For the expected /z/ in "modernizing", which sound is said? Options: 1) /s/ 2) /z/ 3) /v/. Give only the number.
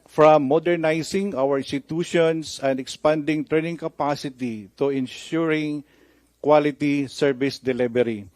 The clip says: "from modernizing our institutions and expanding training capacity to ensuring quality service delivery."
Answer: 1